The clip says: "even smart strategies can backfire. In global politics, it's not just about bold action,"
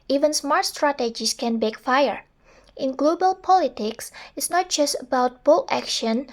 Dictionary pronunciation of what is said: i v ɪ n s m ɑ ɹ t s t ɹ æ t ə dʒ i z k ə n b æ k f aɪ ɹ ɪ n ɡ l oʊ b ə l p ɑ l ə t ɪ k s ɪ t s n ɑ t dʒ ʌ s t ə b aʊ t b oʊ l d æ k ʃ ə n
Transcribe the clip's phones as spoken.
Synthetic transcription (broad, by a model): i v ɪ n s m ɑ ɹ t s t ɹ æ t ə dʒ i s k ə n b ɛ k f aɪ ɹ ɪ n ɡ l oʊ b ə l p ɑ l ə t ɪ k s ɪ t s n ɑ t dʒ ʌ s t ə b aʊ t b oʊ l æ k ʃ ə n